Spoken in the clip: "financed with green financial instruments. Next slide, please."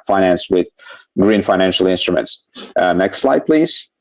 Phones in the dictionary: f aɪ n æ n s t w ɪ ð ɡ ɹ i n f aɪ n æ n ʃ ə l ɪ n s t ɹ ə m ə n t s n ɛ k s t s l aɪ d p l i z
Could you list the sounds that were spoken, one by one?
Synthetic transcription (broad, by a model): f aɪ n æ n s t w ɪ ð ɡ ɹ i n f aɪ n æ n ʃ ə l ɪ n s t ɹ ə m ə n t s n ɛ k s t s l aɪ d p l i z